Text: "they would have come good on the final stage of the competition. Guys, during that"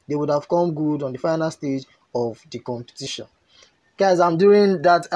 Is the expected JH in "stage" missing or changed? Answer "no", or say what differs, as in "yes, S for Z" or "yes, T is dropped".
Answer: no